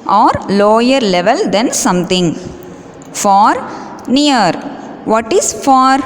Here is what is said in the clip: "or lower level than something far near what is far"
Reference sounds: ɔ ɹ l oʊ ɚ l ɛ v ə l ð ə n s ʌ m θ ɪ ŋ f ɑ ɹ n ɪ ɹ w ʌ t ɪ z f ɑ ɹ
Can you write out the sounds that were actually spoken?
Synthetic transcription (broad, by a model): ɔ ɹ l oʊ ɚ l ɛ v ə l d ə n s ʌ m t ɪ ŋ f ɑ ɹ n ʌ ɹ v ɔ t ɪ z f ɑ ɹ